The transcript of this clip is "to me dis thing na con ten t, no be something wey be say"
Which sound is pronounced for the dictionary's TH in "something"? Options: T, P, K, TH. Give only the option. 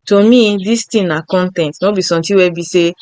T